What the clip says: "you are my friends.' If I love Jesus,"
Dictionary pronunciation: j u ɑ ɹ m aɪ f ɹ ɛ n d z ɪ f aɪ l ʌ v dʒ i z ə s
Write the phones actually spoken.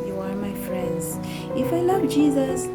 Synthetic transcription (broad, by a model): j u ɑ ɹ m aɪ f ɹ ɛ n d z ɪ f aɪ l ʌ v dʒ i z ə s